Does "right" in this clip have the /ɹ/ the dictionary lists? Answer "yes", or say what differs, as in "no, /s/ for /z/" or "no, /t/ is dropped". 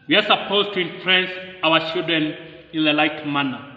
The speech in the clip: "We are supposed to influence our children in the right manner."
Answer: no, /l/ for /ɹ/